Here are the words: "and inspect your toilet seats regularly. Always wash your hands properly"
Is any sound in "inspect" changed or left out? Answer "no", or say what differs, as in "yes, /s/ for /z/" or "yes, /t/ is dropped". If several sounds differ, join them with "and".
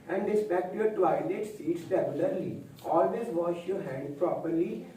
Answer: yes, /n/ is dropped